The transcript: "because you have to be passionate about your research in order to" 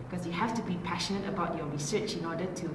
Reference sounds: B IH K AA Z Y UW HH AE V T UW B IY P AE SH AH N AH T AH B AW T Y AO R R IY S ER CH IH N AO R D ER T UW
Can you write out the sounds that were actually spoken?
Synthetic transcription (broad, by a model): K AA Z Y UW HH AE F T UW B IY P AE SH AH N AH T AH B AW T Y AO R R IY S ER CH IH N AO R D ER T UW